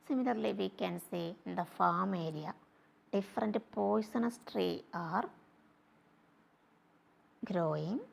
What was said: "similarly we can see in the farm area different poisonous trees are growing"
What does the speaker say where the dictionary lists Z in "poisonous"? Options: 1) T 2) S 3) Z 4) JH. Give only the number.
2